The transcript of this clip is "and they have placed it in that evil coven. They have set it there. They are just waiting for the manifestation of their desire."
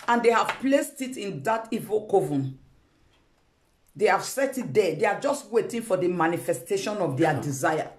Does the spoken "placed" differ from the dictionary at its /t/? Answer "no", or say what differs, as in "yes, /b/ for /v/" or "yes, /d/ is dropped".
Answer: no